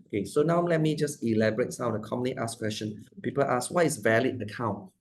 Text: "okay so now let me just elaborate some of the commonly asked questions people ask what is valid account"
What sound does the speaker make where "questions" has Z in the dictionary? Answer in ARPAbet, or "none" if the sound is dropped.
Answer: none